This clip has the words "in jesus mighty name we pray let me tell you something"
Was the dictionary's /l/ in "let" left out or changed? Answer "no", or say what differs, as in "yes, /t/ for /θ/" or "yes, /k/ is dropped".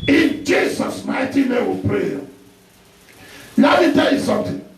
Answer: yes, /n/ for /l/